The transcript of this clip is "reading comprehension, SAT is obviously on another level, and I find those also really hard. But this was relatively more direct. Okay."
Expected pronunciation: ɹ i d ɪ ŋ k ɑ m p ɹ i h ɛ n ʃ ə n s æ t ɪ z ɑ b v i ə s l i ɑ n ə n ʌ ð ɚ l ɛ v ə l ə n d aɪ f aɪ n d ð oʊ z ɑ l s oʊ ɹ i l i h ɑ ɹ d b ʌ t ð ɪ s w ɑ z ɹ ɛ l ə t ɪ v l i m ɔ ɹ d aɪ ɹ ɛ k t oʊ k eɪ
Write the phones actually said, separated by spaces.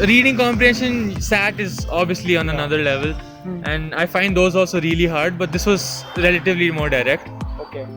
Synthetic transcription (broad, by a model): ɹ i d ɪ ŋ k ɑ m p ɹ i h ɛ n ʃ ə n s æ t ɪ z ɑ b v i ə s l i ɑ n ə n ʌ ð ɚ l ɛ v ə l ə n d aɪ f aɪ n d oʊ z ɑ l s oʊ ɹ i l i h ɑ ɹ d b ʌ t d ɪ s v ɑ z ɹ ɛ l ə t ɪ v l i m ɔ ɹ d aɪ ɹ ɛ k t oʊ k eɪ